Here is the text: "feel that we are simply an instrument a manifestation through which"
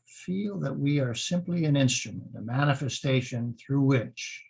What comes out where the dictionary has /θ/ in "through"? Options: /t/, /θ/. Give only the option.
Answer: /θ/